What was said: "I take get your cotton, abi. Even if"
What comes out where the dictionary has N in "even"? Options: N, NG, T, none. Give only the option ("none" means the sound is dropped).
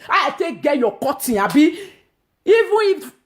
none